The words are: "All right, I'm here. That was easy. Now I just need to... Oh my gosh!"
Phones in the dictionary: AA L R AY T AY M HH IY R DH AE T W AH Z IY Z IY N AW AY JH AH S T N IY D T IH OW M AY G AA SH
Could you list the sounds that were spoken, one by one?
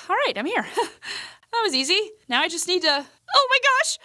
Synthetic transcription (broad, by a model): AA L R AY T AY M HH IY R DH AE T W AH Z IY Z IY N AW AY JH AH S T N IY D T IH OW M AY G AA SH